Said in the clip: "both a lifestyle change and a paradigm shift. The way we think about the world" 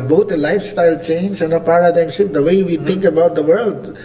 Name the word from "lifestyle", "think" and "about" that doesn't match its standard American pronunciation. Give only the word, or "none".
think